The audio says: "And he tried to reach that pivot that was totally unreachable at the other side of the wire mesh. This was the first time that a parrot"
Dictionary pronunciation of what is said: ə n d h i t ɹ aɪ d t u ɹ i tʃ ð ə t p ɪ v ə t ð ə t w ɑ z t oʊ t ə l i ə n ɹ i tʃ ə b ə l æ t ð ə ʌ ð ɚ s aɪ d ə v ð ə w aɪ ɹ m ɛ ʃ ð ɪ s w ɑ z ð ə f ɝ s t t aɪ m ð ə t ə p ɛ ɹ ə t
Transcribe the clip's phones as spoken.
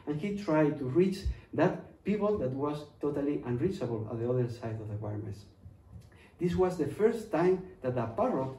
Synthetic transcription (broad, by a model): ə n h i t ɹ aɪ d t u ɹ i tʃ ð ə t p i p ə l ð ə t w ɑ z t oʊ t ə l i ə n ɹ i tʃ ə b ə l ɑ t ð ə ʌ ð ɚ s aɪ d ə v ð ə w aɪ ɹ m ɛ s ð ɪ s w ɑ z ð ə f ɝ s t t aɪ m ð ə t ə p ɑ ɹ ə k